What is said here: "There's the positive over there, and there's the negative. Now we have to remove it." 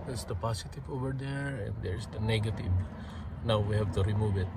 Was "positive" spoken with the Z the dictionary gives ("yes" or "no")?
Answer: no